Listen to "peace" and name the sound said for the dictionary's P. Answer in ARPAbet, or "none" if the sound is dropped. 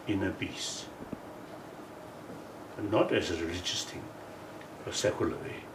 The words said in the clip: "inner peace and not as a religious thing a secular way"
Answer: B